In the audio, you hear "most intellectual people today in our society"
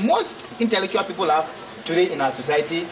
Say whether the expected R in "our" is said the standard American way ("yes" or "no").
no